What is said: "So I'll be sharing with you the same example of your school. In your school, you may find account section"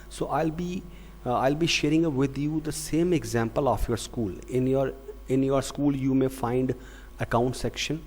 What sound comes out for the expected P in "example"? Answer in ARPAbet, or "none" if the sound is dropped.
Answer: P